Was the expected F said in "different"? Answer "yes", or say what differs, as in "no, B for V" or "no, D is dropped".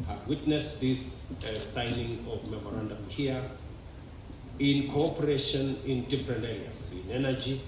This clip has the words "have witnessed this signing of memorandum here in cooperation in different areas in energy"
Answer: no, P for F